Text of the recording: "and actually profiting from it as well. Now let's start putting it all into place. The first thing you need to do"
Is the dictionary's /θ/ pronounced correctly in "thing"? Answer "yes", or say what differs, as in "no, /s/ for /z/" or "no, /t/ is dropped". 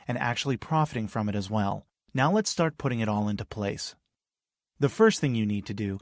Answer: yes